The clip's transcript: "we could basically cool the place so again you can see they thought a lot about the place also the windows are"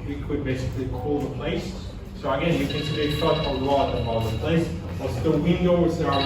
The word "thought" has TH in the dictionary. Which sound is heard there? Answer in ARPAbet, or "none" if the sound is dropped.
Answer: S